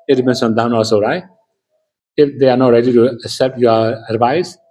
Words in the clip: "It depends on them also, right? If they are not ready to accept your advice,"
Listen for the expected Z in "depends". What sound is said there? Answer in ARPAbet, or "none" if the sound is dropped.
none